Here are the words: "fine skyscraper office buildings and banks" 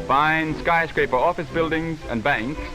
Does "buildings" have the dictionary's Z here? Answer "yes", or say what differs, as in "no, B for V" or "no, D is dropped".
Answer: yes